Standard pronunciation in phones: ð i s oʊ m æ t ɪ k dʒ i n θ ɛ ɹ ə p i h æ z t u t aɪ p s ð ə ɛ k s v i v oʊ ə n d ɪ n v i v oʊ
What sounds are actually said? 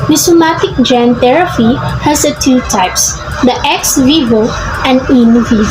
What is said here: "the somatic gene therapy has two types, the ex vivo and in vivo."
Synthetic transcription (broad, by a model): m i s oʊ m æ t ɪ k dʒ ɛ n t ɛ ɹ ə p i h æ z t u t aɪ p s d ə ɛ k s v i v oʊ ə n d ɪ n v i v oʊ